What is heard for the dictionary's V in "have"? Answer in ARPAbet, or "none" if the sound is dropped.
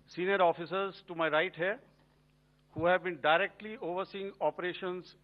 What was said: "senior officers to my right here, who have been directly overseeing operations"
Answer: V